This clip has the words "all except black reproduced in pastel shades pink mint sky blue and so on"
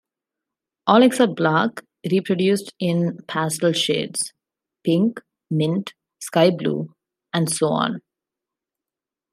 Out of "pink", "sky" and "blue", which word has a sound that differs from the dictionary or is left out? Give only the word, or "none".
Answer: none